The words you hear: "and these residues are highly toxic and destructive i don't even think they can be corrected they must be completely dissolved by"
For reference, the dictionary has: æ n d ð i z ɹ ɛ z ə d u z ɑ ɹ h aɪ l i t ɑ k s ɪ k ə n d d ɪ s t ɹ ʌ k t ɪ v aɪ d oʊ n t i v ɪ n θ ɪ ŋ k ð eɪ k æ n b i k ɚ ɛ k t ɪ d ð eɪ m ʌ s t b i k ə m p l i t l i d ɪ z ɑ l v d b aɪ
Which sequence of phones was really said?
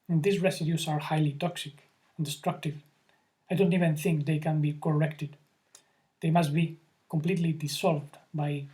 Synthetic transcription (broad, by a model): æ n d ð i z ɹ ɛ s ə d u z ɑ ɹ h aɪ l i t ɑ k s ɪ k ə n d d ɪ s t ɹ ʌ k t ɪ v aɪ d oʊ n t i v ɪ n θ ɪ ŋ k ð eɪ k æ n b i k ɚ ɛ k t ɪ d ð eɪ m ʌ s t b i k ə m p l i t l i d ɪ s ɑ l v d b aɪ